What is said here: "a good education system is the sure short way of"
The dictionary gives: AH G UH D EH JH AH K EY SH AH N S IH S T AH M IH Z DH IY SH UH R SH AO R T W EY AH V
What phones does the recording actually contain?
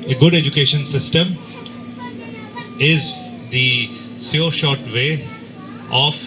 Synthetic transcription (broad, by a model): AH G UH D EH JH AH K EY SH AH N S IH S T AH M IH Z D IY S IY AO SH AO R T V EY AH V